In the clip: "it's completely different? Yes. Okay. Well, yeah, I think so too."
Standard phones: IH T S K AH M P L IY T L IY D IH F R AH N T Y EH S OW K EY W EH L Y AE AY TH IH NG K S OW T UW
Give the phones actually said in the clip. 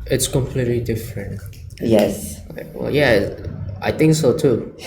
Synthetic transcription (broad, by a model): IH T S K AH M P L IY T L IY D IH F R AH N T Y EH S W EH L Y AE AY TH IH NG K S OW T UW